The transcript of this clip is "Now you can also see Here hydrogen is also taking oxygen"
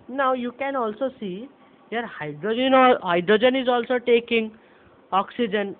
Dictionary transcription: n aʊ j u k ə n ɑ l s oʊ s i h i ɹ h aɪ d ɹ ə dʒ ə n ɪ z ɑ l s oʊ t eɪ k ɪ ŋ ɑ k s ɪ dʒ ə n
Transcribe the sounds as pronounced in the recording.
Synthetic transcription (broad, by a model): n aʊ j u k ə n ɑ l s oʊ s i h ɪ ɹ h aɪ d ɹ ə dʒ ə n ɪ z ɑ l s oʊ t eɪ k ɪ ŋ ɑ k s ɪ dʒ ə n